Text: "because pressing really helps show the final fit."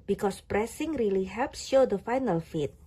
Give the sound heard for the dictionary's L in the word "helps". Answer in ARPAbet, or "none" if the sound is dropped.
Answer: L